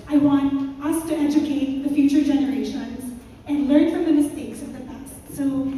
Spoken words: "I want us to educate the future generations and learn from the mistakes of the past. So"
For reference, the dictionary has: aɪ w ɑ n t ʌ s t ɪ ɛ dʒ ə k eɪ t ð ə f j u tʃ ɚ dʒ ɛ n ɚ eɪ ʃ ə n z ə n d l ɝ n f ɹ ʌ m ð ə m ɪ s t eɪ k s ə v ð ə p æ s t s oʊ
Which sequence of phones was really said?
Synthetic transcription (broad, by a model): aɪ w ɑ n t ʌ s t ɪ ɛ dʒ ə k eɪ t ð ə f j u tʃ ɚ dʒ ɛ n ɚ eɪ ʃ ə n z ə n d l ɝ n f ɹ ʌ m ð ə m ɪ s t eɪ k s ə v ð ə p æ s t s oʊ